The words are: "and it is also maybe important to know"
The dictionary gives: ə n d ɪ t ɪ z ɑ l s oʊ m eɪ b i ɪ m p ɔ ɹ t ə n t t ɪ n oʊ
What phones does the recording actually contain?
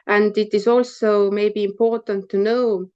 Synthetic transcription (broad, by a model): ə n d ɪ t ɪ z ɑ l s oʊ m eɪ b i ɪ m p ɔ ɹ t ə n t t ɪ n oʊ